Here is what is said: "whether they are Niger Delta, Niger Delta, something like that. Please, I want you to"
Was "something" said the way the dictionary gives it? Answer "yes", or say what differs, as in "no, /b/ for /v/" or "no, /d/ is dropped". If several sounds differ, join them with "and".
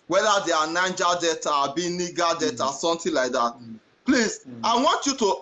no, /t/ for /θ/